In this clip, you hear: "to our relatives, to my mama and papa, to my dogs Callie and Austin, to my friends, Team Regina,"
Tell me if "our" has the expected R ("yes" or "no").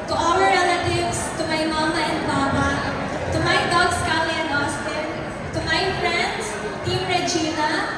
no